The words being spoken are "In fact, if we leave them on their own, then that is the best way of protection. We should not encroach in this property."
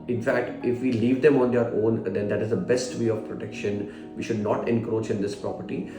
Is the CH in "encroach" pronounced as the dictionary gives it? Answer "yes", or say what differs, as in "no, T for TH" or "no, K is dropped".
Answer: yes